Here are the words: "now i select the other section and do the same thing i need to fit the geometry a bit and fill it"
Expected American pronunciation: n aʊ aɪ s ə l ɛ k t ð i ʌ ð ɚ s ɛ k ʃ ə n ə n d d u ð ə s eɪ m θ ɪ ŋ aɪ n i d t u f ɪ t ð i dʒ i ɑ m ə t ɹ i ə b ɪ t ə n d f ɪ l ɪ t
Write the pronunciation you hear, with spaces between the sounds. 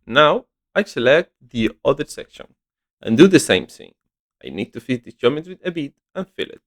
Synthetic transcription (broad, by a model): n aʊ aɪ s ə l ɛ k t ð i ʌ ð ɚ s ɛ k ʃ ə n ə n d d u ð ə s eɪ m θ ɪ ŋ aɪ n i d t u f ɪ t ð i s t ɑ m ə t w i ə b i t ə n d f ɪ l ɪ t